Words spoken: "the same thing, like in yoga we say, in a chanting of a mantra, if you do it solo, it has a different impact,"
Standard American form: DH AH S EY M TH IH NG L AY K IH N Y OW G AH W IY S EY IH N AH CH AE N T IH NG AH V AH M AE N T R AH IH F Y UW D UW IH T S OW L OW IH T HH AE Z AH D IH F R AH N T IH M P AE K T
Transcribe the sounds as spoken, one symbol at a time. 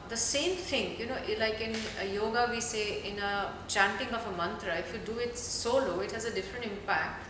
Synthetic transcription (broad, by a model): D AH S EY M T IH NG L AY K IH N Y OW G AH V IY S EY IH N AH CH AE N T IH NG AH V AH M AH N T R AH IH F Y UW D UW IH T S OW L OW IH T HH AE Z AH D IH F R AH N T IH M P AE K T